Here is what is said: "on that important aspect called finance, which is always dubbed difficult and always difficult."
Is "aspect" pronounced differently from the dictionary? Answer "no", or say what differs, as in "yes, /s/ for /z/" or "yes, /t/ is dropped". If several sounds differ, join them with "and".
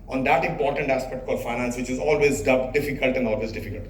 no